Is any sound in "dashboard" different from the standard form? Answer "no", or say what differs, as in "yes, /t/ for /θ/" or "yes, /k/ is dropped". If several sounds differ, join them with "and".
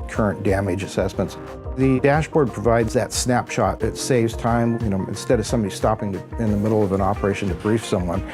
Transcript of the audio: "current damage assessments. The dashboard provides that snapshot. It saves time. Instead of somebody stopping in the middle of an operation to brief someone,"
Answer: no